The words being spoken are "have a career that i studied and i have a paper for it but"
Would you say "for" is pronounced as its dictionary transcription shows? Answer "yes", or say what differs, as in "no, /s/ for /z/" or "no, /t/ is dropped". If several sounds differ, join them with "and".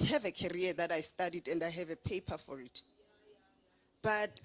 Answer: yes